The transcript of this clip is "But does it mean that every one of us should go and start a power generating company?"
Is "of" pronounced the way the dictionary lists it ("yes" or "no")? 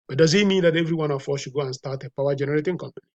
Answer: no